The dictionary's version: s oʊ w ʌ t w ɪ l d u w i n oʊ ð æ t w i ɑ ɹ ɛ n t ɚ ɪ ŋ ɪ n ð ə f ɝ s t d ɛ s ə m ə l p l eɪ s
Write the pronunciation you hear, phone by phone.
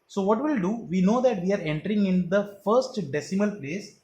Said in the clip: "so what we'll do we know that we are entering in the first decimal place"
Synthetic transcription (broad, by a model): s oʊ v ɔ t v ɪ l d u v i n oʊ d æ t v i ɑ ɹ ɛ n t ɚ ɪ ŋ ɪ n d ə f ɝ s t d ɛ s ə m ə l p l eɪ s